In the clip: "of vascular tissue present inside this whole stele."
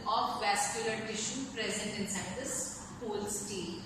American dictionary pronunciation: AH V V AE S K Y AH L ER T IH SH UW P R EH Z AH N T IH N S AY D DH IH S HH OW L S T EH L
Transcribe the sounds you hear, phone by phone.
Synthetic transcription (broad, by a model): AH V V AE S K Y AH L ER T IH SH UW P R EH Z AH N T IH N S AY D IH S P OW L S T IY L